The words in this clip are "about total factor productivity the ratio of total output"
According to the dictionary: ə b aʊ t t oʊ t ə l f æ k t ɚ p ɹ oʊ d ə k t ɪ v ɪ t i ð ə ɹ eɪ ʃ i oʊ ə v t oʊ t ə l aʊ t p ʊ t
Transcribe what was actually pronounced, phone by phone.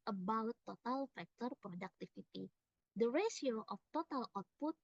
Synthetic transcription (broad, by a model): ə b aʊ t t oʊ t ə l f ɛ k t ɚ p ɹ oʊ d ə k t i f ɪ t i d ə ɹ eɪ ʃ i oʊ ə f t oʊ t ə l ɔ t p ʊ t